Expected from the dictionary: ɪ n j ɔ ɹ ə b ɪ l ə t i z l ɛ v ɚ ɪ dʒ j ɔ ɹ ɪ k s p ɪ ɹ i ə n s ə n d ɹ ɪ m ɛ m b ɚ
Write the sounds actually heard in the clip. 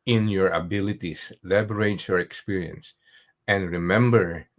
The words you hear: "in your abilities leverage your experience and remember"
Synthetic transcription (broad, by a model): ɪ n j ɔ ɹ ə b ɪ l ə t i s l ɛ b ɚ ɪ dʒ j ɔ ɹ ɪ k s p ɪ ɹ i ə n s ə n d ɹ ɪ m ɛ m b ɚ